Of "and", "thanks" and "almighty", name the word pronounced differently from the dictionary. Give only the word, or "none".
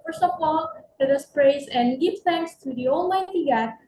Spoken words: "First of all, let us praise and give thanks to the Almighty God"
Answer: none